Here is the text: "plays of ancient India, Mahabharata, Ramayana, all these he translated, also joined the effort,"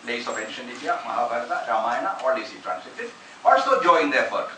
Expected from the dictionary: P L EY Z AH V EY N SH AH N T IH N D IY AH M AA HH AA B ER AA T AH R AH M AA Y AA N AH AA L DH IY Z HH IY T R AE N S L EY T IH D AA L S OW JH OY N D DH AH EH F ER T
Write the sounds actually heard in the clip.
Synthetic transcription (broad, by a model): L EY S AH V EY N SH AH N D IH D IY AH M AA HH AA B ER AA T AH R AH M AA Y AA N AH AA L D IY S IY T R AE N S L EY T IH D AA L S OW JH OY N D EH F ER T